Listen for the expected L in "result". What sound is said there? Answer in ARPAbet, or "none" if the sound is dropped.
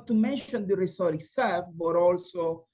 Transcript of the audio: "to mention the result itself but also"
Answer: none